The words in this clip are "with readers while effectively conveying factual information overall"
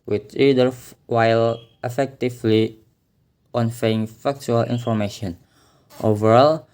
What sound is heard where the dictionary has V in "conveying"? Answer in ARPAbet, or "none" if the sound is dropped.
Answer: F